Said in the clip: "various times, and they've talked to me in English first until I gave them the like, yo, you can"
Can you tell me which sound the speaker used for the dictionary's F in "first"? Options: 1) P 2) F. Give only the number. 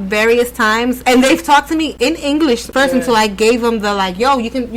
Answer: 1